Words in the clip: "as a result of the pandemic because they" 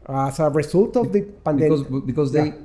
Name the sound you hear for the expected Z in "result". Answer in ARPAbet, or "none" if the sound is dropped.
S